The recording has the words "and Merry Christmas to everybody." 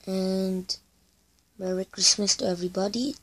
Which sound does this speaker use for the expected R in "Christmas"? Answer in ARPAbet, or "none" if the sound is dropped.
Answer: R